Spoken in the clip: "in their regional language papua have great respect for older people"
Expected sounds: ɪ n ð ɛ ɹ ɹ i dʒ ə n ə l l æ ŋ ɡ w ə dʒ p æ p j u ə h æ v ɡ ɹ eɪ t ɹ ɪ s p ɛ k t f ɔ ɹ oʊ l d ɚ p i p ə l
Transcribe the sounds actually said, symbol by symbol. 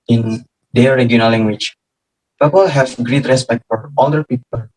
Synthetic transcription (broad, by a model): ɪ n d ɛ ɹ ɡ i ə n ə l l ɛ ŋ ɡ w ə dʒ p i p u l h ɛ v ɡ ɹ eɪ t ɹ ɪ s p ɛ k t f ɔ ɹ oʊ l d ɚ p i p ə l